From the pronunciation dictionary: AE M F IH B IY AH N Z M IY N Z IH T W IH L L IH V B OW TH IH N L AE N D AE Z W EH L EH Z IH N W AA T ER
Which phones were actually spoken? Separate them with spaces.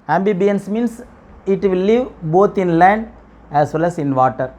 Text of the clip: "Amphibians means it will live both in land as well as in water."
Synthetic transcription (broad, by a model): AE M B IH B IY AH N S M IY N S IH T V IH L L IH V B OW T IH N L AE N D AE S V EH L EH S IH N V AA T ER